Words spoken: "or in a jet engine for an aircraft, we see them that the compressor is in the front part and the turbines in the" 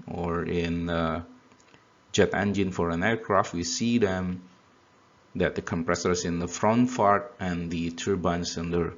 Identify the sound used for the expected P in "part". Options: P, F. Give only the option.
F